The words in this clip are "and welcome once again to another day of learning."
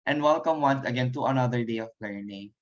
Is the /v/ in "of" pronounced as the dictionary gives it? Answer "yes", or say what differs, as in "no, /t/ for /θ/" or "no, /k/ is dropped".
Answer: no, /p/ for /v/